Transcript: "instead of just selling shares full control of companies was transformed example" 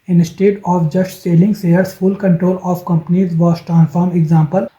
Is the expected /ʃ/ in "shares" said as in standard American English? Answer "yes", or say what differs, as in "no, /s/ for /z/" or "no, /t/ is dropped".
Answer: no, /s/ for /ʃ/